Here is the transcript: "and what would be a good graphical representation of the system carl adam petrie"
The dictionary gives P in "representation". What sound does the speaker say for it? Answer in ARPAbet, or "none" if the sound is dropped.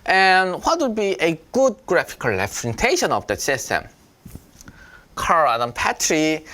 F